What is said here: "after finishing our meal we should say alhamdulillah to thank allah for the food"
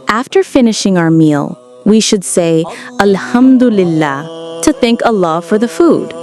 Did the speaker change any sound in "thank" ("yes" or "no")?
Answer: no